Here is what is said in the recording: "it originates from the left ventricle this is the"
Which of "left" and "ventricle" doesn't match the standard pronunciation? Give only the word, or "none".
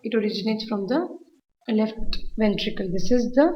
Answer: none